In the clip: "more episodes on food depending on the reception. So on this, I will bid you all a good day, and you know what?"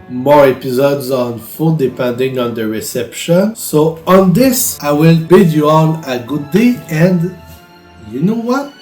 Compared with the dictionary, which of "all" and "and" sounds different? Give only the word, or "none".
all